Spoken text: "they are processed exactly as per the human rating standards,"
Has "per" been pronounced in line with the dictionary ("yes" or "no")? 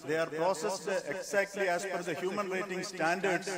no